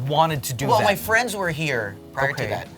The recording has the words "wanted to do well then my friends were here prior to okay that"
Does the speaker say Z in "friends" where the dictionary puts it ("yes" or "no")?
yes